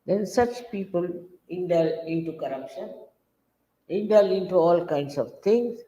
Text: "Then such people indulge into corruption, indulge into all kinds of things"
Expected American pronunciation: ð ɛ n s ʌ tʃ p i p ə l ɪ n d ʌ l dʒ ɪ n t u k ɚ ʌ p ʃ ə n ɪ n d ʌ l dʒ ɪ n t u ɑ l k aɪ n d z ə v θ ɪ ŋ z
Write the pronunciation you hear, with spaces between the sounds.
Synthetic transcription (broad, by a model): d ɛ n s ʌ tʃ p i p ə l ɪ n d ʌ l ɪ n t u k ɚ ʌ p ʃ ə n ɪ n d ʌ l ɪ n t u ɑ l k aɪ n d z ə v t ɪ ŋ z